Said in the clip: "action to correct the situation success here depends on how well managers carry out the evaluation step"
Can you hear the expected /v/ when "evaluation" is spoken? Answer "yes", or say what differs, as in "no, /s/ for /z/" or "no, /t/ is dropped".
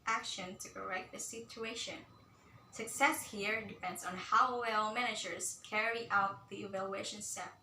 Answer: yes